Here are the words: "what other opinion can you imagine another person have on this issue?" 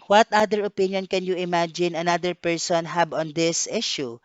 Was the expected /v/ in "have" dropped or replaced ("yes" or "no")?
yes